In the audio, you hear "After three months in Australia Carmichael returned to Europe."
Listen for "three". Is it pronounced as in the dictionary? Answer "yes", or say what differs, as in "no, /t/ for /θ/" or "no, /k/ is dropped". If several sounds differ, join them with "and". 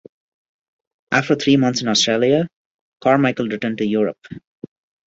no, /t/ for /θ/